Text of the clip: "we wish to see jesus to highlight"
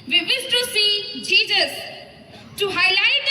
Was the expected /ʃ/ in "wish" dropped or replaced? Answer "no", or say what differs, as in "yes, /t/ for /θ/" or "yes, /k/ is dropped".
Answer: yes, /s/ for /ʃ/